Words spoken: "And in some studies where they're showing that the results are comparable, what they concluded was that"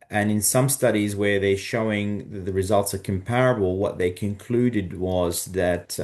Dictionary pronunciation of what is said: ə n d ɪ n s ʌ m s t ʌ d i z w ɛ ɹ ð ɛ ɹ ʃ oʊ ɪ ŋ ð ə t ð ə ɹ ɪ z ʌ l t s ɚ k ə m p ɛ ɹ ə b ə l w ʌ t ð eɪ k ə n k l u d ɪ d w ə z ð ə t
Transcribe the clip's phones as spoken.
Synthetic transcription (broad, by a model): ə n ɪ n s ʌ m s t ʌ d i z w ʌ ɹ ð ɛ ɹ ʃ oʊ ɪ ŋ ð ə t ð ə ɹ ɪ z ʌ l t s ɚ k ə m p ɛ ɹ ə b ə l w ʌ t ð eɪ k ə n k l u d ɪ d w ə z ð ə t